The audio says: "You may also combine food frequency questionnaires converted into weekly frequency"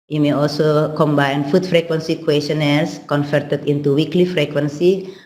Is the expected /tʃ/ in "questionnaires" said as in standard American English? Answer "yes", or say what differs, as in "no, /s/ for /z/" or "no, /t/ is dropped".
no, /tʃ/ is dropped